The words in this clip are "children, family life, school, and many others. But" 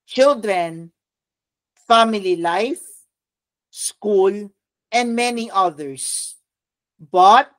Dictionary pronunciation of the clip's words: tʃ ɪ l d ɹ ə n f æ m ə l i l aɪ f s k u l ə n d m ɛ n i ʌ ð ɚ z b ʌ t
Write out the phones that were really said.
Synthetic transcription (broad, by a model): tʃ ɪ l d ɹ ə n f æ m ə l i l aɪ f s k u l ə n d m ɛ n i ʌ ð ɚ s b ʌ t